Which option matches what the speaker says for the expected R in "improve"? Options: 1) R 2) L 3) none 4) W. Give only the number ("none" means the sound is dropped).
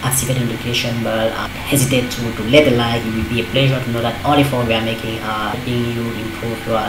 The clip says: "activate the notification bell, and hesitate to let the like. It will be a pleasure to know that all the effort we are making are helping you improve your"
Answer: 3